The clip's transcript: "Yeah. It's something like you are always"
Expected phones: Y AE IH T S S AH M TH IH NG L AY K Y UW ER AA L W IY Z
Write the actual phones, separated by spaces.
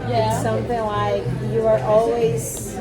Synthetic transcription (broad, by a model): Y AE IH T S S AH M TH IH NG L AY K Y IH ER AA L W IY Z